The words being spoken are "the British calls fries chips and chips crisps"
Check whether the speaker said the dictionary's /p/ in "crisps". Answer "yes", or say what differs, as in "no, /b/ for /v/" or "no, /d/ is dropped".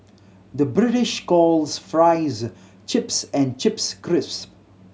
no, /p/ is dropped